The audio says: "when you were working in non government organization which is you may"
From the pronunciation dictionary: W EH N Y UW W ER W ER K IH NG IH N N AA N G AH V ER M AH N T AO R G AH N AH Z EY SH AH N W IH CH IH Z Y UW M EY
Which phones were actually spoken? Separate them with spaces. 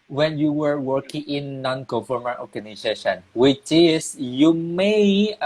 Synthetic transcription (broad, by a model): W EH N Y UW W ER W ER K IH NG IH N N AA N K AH F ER M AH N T AO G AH N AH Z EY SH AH N W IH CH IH S Y UW M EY